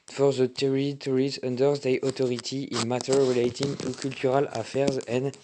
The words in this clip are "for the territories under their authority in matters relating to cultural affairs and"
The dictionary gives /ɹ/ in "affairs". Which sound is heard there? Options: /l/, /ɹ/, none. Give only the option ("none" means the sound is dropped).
/ɹ/